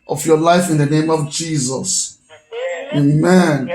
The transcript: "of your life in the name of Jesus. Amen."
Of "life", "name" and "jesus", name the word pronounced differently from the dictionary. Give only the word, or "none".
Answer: none